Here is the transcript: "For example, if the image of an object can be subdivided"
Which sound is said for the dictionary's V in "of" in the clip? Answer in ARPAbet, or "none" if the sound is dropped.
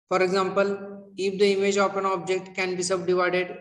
P